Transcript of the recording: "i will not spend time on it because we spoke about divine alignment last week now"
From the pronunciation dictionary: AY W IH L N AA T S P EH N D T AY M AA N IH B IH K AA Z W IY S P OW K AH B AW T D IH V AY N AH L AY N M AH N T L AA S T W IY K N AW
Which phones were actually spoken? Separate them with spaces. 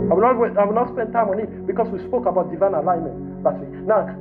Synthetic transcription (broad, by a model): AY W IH W N AA T S P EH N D T AY M AA N IH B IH K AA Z W IY S P OW K AH B AW T D IH V AY N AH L AY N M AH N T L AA T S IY N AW